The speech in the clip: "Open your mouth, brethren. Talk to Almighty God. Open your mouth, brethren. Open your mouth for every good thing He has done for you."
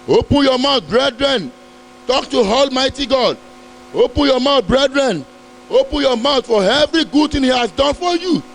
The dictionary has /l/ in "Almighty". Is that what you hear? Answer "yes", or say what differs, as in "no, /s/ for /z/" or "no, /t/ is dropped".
yes